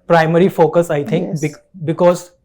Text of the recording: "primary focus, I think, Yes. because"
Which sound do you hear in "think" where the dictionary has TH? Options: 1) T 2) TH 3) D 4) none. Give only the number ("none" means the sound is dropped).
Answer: 1